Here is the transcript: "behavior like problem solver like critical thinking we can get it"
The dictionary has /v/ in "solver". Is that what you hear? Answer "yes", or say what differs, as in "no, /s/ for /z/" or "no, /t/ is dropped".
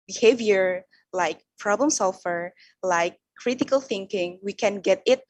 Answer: no, /f/ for /v/